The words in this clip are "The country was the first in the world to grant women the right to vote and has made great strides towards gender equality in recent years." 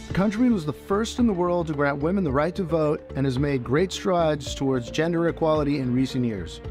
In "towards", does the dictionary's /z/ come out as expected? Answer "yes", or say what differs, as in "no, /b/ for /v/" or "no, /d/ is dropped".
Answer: yes